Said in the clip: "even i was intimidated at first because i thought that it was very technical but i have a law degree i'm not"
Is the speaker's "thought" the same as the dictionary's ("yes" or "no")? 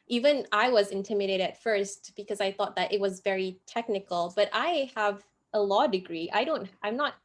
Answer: yes